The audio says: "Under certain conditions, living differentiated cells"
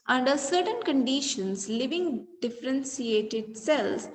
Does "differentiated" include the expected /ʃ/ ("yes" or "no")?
no